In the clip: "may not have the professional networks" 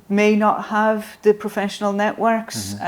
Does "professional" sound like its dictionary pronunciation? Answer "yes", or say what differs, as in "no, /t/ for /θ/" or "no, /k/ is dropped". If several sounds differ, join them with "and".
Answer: yes